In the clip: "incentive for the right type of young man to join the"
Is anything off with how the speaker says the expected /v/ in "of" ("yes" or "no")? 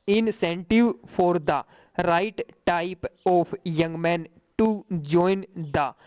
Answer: yes